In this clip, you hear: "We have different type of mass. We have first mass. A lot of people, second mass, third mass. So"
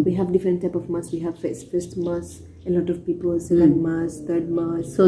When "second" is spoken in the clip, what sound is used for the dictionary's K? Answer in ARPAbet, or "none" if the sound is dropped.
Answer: none